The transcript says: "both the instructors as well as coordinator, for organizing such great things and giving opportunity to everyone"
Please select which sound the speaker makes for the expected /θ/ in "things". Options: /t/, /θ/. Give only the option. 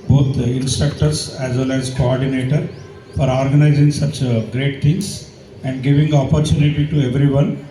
/t/